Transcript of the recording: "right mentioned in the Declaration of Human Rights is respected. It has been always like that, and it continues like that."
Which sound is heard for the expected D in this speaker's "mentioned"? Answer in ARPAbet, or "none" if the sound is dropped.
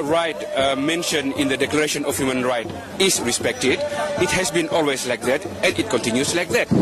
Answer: none